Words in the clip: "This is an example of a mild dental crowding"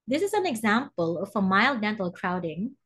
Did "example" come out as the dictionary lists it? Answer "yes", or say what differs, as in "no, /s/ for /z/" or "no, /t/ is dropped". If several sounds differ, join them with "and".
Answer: yes